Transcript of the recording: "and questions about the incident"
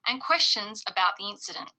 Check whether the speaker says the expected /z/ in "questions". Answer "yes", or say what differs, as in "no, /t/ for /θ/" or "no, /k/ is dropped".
yes